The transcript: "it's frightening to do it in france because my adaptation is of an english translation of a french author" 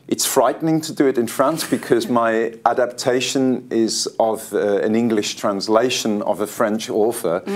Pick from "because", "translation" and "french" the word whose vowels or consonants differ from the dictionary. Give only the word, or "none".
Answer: none